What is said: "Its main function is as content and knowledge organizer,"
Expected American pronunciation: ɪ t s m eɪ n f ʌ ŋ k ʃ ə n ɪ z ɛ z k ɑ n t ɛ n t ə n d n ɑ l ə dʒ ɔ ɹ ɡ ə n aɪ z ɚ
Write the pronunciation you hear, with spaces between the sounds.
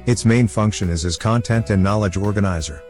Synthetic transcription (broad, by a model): ɪ t s m eɪ n f ʌ ŋ k ʃ ə n ɪ z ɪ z k ɑ n t ɛ n t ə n n ɑ l ə dʒ ɔ ɹ ɡ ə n aɪ z ɚ